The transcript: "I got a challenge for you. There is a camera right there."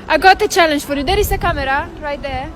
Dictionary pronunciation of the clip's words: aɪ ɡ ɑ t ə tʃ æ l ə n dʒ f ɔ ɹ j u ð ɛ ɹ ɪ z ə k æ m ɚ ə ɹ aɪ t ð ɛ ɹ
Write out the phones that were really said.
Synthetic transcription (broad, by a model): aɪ ɡ ɑ t ə tʃ æ l ə n dʒ f ɔ ɹ j u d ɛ ɹ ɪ s ə k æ m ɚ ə ɹ aɪ t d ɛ